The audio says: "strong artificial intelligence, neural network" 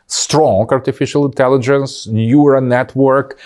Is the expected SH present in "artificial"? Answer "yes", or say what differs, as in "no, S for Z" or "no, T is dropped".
yes